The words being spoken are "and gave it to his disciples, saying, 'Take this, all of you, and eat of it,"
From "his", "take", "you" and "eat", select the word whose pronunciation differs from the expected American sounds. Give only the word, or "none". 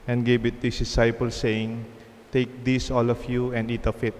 his